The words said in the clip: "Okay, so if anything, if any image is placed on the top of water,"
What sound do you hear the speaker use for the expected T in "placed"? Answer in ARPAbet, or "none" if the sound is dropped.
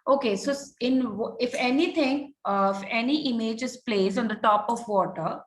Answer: none